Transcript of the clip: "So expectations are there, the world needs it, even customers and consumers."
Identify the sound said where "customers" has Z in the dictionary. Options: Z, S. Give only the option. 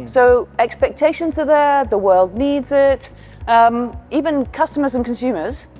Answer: Z